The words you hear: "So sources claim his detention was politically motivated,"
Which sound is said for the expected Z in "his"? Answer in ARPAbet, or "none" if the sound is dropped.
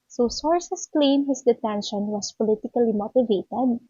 S